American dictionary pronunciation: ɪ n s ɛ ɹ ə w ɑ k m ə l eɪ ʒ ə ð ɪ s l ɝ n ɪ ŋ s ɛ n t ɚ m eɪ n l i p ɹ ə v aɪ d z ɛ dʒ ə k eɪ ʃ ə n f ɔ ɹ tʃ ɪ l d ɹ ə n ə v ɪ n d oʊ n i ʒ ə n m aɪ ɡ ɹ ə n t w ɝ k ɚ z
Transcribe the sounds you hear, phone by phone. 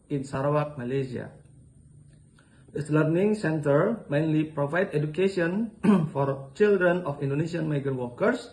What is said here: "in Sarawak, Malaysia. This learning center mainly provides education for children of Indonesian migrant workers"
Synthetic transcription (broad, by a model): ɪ n s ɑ ɹ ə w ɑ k m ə l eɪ s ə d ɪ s l ɝ n ɪ ŋ s ɛ n t ɚ m eɪ n l i p ɹ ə v aɪ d ɛ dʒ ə k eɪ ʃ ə n f ɔ ɹ tʃ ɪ l d ɹ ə n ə f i n d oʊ n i ʃ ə n m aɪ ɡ ə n w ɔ k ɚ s